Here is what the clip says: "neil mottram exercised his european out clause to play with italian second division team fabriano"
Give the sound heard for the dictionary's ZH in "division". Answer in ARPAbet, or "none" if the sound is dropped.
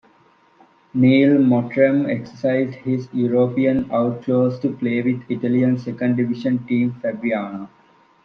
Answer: SH